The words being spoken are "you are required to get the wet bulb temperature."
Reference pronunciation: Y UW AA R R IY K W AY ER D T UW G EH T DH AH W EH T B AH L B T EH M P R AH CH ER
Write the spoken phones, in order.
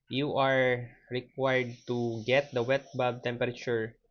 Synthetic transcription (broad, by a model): Y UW AA R R IY K W AY ER D T UW G EH T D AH W EH T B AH B T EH M P R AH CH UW